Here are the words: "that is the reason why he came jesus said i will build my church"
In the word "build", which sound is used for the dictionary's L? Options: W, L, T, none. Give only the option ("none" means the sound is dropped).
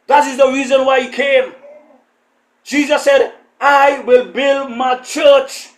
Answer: L